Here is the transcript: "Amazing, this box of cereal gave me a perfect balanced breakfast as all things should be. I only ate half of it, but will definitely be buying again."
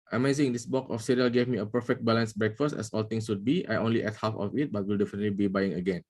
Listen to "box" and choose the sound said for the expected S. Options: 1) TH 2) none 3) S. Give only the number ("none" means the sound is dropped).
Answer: 2